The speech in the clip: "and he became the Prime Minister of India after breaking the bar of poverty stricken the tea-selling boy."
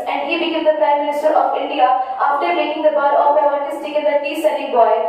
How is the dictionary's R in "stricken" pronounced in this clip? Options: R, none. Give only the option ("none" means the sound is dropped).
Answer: none